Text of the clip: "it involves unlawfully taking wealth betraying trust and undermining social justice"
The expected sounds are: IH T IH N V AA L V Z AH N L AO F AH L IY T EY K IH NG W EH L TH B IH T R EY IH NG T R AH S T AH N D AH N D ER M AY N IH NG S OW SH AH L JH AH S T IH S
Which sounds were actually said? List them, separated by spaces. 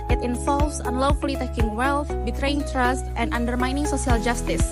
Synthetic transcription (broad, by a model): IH T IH N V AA L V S AH N L AO F AH L IY T EY K IH NG W EH L TH B IH T R EY IH NG T R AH S T AH N D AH N D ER M AY N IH NG S OW S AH L JH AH S T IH S